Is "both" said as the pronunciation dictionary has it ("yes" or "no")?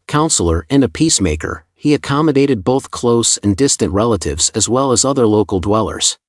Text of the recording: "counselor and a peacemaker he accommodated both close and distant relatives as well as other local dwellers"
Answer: yes